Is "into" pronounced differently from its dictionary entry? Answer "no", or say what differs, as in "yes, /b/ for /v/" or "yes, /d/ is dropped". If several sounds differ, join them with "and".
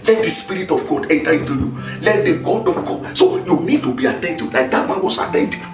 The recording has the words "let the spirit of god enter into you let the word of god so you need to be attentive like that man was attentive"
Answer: no